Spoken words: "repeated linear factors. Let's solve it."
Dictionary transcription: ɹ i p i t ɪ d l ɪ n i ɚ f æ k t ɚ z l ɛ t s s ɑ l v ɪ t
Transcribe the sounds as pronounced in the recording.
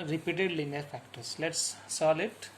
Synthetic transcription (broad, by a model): ɹ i p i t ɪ d l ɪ n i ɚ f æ k t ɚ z l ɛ t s s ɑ l ɪ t